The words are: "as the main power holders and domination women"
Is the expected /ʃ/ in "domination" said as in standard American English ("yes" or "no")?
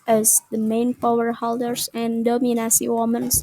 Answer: no